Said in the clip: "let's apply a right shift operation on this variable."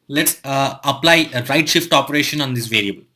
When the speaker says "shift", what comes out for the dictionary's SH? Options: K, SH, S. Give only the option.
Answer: SH